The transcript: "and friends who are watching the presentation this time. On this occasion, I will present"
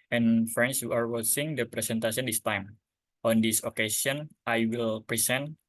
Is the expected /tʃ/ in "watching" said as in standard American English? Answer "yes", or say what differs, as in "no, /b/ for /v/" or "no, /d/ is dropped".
no, /s/ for /tʃ/